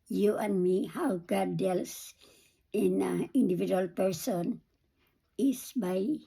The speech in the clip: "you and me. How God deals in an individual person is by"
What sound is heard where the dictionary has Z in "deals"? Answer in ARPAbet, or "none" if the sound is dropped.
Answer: S